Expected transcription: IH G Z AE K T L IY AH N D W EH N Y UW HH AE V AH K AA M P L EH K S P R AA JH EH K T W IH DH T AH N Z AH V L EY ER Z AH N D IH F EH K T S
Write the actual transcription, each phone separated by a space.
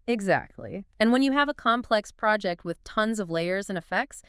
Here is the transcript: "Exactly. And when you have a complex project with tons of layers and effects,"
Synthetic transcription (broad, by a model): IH G Z AE K T L IY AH N W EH N Y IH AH V AH K AA M P L EH K S P R AA JH EH K T W IH DH T AH N Z AH V L EY ER Z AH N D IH F EH K T S